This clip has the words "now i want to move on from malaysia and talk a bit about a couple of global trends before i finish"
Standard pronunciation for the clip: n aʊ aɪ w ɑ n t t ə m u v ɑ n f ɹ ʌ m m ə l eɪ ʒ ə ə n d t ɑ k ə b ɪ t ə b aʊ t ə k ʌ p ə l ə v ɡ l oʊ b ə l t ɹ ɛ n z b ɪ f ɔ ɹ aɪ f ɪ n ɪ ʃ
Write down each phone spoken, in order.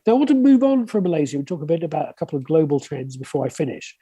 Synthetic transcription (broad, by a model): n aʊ aɪ w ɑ n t t ə m u v n f ɹ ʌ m m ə l eɪ z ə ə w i t ɑ k ə b ɪ t ə b aʊ t ə k ʌ p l ə v ɡ l oʊ b ə l t ɹ ɛ n z b ɪ f ɔ ɹ aɪ f ɪ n ɪ ʃ